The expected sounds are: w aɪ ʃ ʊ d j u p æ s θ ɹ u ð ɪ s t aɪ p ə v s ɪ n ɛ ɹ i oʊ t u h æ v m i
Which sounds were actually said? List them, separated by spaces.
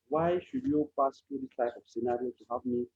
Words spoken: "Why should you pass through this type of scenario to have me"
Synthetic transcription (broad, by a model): w aɪ ʃ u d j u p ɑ s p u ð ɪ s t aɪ ə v s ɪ n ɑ ɹ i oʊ t u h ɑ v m i